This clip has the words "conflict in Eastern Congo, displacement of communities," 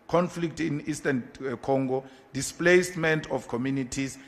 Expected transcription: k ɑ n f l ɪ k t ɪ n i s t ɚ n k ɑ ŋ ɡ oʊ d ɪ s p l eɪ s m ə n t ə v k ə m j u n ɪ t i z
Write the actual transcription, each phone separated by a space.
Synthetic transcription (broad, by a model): k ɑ n f l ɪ k t ɪ n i s t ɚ n k ɑ ŋ ɡ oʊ d ɪ s p l eɪ s m ə n t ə f k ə m j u n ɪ t i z